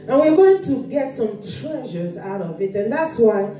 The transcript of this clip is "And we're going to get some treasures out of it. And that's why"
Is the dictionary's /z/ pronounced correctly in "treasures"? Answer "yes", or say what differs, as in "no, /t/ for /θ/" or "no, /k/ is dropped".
yes